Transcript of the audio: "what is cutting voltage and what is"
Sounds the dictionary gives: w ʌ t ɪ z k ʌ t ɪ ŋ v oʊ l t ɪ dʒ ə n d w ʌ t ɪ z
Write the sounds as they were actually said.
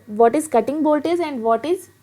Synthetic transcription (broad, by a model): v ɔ t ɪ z k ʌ t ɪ ŋ b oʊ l t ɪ z ə n d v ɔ t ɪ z